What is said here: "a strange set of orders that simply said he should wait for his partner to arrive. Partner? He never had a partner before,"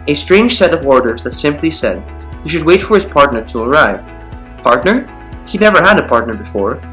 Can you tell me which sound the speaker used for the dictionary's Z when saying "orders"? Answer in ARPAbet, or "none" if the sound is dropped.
Z